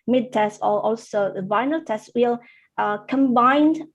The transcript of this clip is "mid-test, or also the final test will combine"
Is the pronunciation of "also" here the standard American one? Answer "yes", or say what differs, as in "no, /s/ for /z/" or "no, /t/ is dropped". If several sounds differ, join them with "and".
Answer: yes